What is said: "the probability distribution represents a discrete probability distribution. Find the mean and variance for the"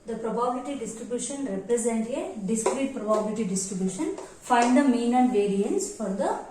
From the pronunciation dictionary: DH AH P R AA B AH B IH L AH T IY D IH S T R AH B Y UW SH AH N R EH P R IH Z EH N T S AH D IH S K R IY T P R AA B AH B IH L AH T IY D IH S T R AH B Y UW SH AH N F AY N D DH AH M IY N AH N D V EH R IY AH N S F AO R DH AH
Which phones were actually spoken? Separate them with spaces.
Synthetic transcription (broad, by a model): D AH P R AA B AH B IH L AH T IY D IH S T R AH B Y UW SH AH N R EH P R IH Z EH N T AH D IH S K R IY T P R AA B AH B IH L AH T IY D IH S T R AH B Y UW SH AH N F AY N D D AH M IY N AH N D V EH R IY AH N S F AO R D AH